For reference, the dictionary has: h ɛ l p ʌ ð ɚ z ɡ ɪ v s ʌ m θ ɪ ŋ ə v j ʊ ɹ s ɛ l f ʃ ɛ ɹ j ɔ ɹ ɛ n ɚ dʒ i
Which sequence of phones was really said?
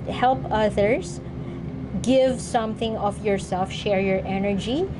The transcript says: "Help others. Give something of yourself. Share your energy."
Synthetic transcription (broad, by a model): h ɛ l p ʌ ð ɚ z ɡ ɪ v s ʌ m θ ɪ ŋ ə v j ʊ ɹ s ɛ l f ʃ ɛ ɹ j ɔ ɹ ɛ n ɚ dʒ i